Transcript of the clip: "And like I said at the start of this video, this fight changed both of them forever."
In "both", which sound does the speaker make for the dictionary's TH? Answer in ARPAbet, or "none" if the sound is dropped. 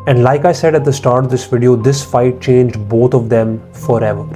T